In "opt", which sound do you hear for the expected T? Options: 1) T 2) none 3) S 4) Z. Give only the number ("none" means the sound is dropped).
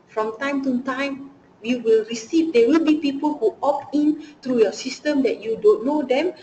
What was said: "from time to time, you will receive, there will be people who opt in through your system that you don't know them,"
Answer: 2